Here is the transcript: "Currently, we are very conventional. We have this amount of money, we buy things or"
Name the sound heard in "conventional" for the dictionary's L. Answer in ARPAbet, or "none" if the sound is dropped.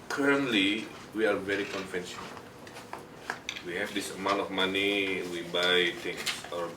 N